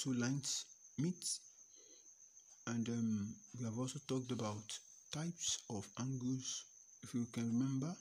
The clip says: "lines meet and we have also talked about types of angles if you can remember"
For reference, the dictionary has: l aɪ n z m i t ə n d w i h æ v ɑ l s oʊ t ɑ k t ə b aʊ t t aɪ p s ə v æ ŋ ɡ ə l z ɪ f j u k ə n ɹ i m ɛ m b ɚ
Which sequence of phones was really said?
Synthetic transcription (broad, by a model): l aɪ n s m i t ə n d w i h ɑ v ɑ l s oʊ t ɑ k t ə b aʊ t t aɪ p s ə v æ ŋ ɡ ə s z ɪ f j u k ə n ɹ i m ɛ m b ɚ